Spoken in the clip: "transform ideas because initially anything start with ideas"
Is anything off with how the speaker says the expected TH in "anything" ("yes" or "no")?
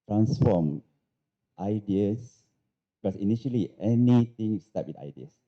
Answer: yes